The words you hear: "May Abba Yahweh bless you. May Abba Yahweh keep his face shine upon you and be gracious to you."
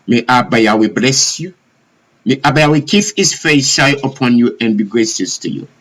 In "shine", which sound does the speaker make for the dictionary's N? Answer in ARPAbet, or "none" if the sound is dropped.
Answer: none